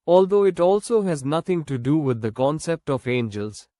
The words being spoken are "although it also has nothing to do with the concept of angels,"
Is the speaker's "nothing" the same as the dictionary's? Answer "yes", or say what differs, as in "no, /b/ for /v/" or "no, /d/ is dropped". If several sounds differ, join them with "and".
no, /t/ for /θ/